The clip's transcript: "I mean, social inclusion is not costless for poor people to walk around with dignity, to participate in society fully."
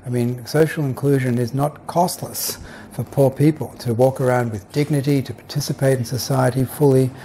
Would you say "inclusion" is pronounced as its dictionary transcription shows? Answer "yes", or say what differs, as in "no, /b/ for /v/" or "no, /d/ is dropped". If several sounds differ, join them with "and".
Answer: yes